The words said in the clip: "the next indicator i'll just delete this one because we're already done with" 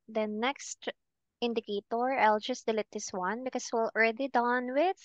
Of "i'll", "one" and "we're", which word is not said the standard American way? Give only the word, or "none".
we're